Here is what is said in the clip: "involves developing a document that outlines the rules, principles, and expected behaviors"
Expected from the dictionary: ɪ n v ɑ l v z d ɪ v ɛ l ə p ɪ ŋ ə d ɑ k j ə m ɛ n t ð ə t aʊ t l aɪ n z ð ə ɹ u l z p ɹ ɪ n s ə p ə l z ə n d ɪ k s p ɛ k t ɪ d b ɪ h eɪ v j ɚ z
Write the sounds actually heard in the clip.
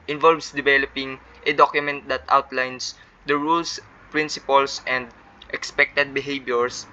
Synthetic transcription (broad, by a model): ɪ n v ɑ l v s d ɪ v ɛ l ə p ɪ ŋ ə d ɑ k j ə m ɛ n t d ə t aʊ t l aɪ n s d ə ɹ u l s p ɹ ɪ n s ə p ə l s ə n d ɪ k s p ɛ k t ɪ d b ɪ h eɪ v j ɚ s